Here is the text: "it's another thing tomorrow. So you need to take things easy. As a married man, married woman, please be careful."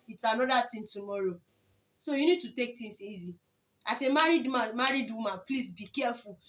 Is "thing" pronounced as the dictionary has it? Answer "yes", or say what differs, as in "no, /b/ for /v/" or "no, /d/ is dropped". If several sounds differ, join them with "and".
no, /t/ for /θ/